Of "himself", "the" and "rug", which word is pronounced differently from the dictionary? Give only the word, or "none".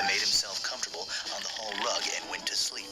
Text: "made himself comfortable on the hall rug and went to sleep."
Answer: none